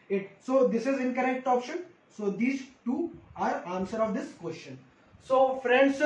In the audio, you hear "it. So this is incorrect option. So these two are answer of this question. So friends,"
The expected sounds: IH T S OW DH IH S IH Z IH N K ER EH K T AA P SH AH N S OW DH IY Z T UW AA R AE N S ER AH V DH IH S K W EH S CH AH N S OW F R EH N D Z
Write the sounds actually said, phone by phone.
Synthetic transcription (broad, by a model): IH T S OW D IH S IH Z IH N K ER EH K T AA P SH AH N S OW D IY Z T UW AA R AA N S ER AH V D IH S K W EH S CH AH N S OW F R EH N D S